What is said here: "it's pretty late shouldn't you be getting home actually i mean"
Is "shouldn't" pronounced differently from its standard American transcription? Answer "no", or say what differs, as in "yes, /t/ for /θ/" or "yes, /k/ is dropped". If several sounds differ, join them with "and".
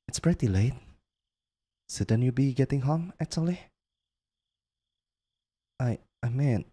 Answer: yes, /s/ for /ʃ/